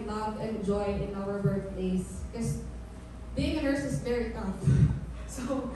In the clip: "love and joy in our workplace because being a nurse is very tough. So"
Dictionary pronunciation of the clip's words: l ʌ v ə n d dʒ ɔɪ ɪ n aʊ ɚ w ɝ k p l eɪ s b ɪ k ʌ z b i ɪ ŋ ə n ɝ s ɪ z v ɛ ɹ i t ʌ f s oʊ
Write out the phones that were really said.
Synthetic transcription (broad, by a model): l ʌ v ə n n dʒ ɔɪ ɪ n aʊ ɚ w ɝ p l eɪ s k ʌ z b i ɪ ŋ ə n ɝ s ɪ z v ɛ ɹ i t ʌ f s oʊ